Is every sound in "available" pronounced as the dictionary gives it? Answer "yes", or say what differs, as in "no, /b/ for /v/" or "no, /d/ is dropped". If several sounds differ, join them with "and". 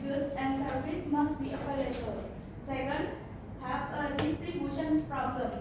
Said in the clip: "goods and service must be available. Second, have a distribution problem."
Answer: no, /p/ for /v/